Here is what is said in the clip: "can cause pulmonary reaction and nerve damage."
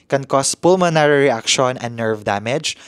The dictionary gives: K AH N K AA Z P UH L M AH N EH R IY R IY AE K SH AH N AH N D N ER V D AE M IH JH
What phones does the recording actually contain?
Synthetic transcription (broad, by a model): K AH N K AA S P UH L M AH N EH R IY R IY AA K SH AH N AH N N ER V D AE M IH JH